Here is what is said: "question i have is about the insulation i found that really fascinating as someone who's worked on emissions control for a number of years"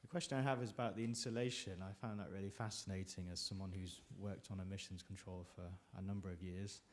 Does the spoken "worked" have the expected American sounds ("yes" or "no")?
yes